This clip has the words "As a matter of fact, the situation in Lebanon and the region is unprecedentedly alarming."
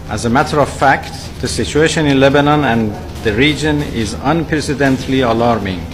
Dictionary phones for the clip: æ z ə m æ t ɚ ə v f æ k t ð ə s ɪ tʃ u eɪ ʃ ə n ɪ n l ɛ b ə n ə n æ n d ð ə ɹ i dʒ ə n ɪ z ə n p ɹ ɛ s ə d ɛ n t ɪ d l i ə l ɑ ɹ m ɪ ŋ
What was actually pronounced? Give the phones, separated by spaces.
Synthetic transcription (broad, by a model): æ z ə m æ t ɚ ə v f æ k t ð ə s ɪ tʃ u eɪ ʃ ə n ɪ n l ɛ b ə n ə n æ n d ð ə ɹ i dʒ ə n ɪ z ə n p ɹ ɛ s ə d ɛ n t l i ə l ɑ ɹ m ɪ ŋ